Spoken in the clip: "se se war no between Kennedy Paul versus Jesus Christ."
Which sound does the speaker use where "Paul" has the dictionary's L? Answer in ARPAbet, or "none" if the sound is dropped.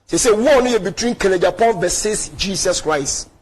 N